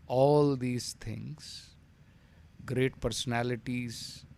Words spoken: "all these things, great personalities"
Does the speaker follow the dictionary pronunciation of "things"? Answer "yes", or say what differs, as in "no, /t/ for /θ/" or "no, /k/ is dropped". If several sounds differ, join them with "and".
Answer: no, /t/ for /θ/